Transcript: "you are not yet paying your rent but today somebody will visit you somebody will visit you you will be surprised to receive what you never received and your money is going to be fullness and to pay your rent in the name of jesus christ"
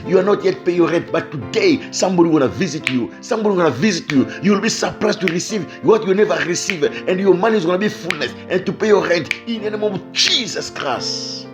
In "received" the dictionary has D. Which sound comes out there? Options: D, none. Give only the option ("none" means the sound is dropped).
none